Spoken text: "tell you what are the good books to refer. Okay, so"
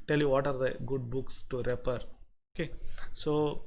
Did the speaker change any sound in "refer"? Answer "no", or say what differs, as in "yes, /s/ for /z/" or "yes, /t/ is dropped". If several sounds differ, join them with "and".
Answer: yes, /p/ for /f/